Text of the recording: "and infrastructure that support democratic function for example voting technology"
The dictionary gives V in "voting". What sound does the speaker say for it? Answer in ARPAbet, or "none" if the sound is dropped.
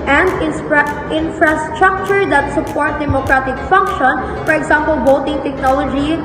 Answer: B